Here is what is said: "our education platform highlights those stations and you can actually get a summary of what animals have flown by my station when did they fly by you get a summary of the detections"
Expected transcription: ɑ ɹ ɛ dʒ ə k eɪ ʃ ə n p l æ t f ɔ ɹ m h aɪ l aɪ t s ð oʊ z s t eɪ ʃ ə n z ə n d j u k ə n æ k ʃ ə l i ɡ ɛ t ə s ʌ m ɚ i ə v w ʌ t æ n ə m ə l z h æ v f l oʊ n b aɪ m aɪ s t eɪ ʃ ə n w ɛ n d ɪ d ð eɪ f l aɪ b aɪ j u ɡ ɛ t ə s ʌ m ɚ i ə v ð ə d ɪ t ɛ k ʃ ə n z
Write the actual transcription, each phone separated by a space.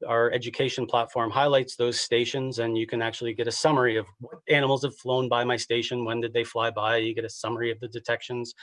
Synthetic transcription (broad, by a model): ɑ ɹ ɛ dʒ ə k eɪ ʃ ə n p l æ t f ɔ ɹ m h aɪ l aɪ t s ð oʊ z s t eɪ ʃ ə n z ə n j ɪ k ə n æ k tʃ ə l i ɡ ɛ t ə s ʌ m ɚ i ə v w ʌ t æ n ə m l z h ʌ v f l oʊ n b aɪ m aɪ s t eɪ ʃ ə n w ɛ n d ɪ d ð eɪ f l aɪ b aɪ j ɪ ɡ ɛ t ə s ʌ m ɚ i ə v ð ə d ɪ t ɛ k ʃ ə n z